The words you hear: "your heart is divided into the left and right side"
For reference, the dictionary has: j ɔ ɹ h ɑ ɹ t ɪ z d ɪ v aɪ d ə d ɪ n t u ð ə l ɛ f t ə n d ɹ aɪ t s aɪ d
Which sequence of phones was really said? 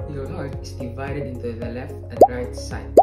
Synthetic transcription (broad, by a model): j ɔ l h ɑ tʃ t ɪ s d ɪ v aɪ d ə d ɪ n t u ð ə l ɛ f t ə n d ɹ aɪ t s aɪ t